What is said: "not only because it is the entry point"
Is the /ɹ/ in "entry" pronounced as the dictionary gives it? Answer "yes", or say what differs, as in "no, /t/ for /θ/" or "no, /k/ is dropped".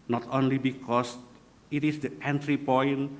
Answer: yes